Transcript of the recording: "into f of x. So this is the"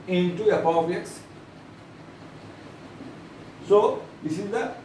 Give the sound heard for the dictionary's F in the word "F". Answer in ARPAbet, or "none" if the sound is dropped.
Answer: P